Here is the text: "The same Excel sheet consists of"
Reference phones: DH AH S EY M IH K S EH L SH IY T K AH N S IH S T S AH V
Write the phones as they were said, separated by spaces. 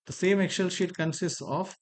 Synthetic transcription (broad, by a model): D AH S EY M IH K SH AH L SH IY T K AH N S IH S T S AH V